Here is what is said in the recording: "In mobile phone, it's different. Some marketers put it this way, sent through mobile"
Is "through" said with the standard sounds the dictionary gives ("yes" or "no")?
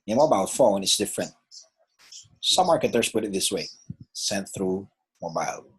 yes